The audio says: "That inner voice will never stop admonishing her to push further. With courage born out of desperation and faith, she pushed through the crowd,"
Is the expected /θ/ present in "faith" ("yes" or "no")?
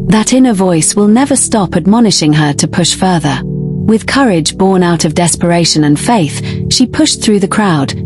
yes